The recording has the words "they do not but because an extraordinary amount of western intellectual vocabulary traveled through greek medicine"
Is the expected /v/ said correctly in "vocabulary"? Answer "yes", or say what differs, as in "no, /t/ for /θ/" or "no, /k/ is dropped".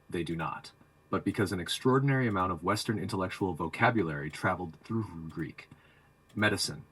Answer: yes